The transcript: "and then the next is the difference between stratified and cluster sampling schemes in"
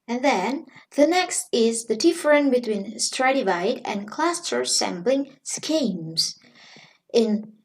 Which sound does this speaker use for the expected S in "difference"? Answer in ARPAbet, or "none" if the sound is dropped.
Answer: none